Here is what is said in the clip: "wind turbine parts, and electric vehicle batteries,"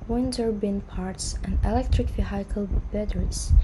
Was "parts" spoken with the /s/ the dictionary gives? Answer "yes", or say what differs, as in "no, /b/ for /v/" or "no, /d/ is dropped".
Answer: yes